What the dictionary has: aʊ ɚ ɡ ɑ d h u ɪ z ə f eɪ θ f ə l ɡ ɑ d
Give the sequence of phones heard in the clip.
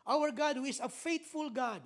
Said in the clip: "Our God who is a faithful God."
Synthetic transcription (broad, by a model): aʊ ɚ ɡ ɑ d h u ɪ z ə f eɪ t f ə l ɡ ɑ d